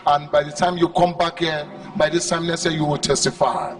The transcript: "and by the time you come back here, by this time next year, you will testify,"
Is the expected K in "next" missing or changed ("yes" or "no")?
yes